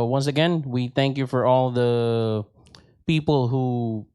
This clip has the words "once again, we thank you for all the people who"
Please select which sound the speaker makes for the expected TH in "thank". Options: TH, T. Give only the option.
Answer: TH